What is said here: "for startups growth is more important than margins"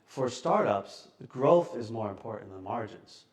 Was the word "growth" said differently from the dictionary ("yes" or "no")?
no